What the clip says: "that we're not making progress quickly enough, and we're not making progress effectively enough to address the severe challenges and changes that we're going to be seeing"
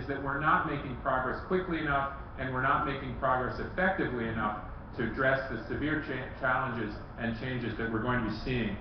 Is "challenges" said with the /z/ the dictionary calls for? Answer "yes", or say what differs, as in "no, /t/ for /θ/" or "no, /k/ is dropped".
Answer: yes